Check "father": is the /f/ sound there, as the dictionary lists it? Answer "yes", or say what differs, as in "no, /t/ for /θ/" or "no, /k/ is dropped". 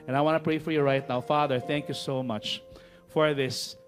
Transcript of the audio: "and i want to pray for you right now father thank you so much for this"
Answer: yes